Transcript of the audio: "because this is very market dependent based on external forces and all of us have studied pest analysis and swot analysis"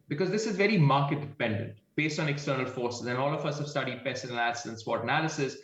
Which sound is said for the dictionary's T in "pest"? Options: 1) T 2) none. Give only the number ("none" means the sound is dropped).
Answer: 2